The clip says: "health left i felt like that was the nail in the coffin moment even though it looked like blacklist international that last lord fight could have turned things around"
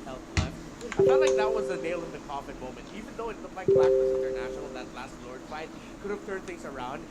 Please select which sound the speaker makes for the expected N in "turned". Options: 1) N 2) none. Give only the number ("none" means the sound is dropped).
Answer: 2